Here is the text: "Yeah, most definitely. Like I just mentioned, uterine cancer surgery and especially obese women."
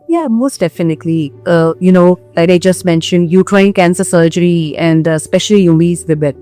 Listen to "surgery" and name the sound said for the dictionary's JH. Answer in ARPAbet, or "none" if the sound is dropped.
JH